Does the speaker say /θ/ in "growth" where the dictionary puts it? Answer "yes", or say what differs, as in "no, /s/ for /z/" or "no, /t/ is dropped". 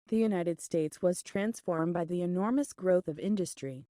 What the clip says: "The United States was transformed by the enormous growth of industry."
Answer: yes